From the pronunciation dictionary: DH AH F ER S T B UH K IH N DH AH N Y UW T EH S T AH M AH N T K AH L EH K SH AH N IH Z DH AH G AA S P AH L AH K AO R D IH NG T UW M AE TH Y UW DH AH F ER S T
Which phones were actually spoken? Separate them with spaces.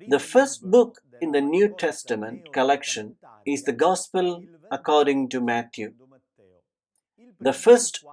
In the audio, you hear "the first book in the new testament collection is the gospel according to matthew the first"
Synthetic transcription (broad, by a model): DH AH F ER S T B UH K IH N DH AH N Y UW T EH S T AH M AH N T K AH L EH K SH AH N IH Z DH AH G AA S P AH L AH K AO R D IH NG T UW M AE T Y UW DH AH F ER S T